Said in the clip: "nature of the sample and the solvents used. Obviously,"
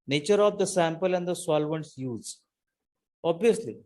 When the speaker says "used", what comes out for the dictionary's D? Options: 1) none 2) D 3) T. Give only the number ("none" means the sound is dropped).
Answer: 1